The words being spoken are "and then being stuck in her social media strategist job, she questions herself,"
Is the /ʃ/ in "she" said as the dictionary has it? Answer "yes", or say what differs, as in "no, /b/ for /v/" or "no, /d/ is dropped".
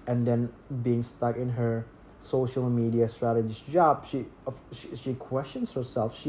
yes